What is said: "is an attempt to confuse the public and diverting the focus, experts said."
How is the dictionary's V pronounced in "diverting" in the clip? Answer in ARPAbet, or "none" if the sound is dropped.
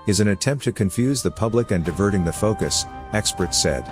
V